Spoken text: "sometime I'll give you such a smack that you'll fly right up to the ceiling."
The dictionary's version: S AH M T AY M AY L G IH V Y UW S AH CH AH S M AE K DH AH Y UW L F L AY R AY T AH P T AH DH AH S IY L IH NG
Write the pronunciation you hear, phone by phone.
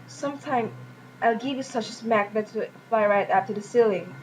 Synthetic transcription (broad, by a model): S AH M T AY M AY L G IH V Y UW S AH CH AH S M AE K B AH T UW F L AY R AY T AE F T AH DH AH S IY L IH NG